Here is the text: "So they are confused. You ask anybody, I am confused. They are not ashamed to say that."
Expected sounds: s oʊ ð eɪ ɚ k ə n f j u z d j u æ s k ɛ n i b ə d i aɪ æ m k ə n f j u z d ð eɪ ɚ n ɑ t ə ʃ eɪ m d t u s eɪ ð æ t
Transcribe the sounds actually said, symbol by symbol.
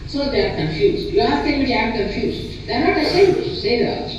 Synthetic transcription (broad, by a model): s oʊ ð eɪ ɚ k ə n f j u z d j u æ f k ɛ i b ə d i aɪ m k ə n f j u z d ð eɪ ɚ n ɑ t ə s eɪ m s t u s eɪ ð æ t